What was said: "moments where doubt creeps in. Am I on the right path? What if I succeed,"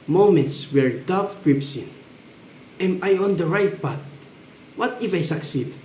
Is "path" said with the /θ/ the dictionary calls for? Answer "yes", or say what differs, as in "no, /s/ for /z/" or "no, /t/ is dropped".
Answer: no, /t/ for /θ/